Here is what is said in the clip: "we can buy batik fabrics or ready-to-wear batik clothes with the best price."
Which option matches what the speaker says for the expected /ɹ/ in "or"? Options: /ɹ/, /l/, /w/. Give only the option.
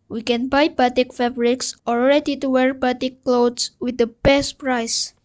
/l/